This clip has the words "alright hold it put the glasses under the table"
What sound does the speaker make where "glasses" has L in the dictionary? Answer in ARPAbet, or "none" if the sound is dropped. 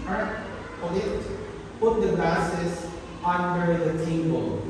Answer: none